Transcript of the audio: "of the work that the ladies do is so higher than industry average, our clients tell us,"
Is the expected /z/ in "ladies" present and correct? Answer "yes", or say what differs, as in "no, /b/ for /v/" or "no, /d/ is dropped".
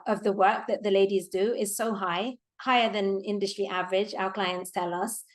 yes